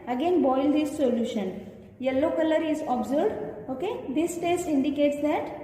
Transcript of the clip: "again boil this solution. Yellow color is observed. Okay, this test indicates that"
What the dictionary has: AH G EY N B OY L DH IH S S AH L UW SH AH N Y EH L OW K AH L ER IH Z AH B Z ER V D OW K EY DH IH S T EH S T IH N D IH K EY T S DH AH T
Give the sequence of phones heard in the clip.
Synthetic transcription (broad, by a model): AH G EY N B OY L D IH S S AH L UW SH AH N Y EH L OW K AH L ER IH Z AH B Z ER D OW K EY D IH S T EH S T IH N D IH K EY T S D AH T